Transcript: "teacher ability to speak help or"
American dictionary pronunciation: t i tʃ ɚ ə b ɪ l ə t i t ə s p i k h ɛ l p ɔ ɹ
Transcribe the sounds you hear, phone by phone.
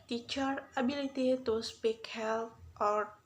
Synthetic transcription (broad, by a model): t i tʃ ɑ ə b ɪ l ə t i t ə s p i k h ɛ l ɔ ɹ